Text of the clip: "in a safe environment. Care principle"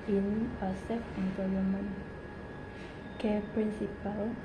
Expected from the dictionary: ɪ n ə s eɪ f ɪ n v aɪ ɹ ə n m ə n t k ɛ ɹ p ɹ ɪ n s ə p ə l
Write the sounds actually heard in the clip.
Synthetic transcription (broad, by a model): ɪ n ə s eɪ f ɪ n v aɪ l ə m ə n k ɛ p ɹ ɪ n s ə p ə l